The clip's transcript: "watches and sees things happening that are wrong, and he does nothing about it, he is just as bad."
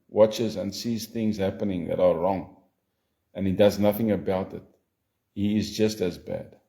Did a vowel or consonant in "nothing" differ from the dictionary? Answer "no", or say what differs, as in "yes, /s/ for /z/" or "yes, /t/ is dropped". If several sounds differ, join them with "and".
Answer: no